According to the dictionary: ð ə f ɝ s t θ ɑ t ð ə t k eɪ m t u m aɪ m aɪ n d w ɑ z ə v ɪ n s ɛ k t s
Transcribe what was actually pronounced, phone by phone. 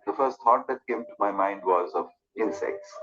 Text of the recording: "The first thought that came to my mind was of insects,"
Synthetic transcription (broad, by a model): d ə f ɝ s t t ɑ t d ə t k eɪ m t u m aɪ m aɪ n d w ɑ z ə v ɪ n s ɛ k t s